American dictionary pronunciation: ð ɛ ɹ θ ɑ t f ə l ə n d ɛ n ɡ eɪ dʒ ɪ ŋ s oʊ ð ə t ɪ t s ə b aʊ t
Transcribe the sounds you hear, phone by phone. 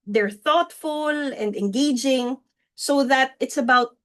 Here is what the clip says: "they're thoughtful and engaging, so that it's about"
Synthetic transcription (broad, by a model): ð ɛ ɹ θ ɑ t f ə l ə n d ɛ n ɡ eɪ dʒ ɪ ŋ s oʊ ð ə t ɪ t s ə b aʊ t